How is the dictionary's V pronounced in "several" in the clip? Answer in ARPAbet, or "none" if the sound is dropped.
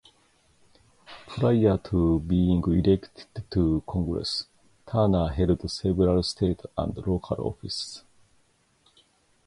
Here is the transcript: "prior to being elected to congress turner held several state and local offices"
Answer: B